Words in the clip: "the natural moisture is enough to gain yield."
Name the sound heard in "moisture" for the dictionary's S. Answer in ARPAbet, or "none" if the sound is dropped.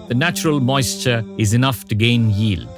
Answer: S